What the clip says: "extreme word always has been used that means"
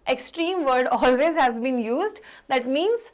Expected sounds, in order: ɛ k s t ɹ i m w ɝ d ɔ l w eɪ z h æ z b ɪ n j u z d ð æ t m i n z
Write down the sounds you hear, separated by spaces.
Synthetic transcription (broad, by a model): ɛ k s t ɹ i m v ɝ d ɔ l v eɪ z h æ z b ɪ n j u z d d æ t m i n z